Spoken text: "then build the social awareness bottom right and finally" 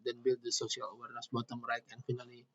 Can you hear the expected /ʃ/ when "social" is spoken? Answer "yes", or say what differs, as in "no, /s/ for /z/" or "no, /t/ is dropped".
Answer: no, /s/ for /ʃ/